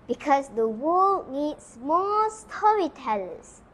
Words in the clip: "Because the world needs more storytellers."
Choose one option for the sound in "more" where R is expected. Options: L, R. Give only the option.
L